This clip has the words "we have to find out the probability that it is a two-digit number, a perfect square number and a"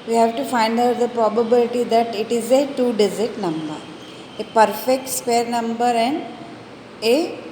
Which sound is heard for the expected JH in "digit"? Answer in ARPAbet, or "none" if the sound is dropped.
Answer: Z